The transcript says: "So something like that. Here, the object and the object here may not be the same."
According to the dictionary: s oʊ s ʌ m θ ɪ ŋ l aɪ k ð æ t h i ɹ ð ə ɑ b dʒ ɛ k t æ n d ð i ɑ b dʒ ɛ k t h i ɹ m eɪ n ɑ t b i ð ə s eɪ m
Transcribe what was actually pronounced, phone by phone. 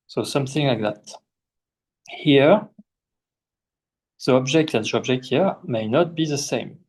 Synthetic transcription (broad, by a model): s oʊ s ʌ m θ ɪ ŋ l aɪ k ð æ t h i ɹ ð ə ɑ b dʒ ɛ k t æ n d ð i ɑ b dʒ ɛ k t h i ɹ m eɪ n ɑ t b i ð ə s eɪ m